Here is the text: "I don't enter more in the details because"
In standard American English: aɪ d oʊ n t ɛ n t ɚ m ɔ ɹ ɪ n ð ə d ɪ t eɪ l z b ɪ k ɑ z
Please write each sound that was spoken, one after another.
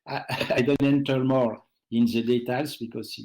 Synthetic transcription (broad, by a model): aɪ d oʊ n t ɛ n t ɚ m ɔ ɹ ɪ n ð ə d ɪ t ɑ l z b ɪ k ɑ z